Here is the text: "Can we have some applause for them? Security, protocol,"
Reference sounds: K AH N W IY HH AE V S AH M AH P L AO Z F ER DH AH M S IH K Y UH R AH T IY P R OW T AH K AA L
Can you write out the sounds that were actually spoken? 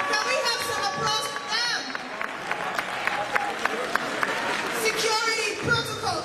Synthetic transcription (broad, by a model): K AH W IY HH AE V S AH AH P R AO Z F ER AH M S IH K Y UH R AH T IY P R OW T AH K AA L